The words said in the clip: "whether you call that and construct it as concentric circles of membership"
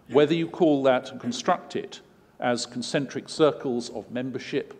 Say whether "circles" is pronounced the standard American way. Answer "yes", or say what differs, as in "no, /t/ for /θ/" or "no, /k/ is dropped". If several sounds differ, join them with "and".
yes